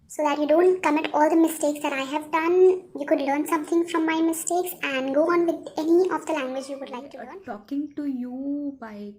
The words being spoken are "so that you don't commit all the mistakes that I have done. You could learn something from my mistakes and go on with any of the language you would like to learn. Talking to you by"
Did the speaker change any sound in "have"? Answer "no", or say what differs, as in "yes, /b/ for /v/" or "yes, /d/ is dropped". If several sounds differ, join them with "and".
no